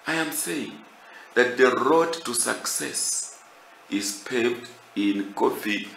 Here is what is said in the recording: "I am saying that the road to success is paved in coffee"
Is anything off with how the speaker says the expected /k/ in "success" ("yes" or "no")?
no